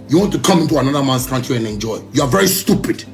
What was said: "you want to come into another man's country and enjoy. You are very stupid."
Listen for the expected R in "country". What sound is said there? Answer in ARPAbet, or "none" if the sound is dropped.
none